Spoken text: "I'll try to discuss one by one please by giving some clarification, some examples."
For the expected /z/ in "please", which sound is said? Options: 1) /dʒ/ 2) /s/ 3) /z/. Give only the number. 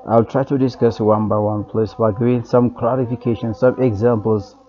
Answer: 2